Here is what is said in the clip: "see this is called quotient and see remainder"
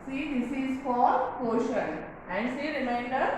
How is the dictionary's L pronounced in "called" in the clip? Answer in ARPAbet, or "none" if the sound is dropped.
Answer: none